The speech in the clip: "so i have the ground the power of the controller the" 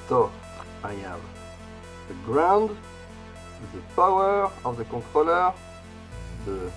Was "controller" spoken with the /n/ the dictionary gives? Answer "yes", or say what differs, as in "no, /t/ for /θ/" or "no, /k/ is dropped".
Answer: no, /n/ is dropped